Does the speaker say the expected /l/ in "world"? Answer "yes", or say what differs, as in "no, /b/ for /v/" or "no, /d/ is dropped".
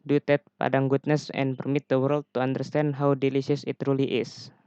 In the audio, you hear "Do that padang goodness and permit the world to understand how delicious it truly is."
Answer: yes